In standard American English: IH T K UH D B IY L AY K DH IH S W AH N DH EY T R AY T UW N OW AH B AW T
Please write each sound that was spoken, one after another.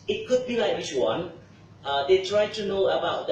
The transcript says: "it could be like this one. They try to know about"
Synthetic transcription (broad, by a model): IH T K UH D B IY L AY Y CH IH W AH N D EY T R AY T UW N OW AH B AW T